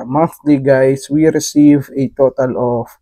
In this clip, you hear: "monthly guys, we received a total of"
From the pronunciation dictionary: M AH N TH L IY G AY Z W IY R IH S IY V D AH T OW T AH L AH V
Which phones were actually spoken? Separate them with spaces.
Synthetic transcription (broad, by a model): M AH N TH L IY G AY S W IY R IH S IY V AH T OW T AH L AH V